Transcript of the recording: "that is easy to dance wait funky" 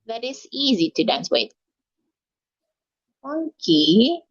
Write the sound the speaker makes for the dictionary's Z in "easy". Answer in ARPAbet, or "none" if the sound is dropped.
Z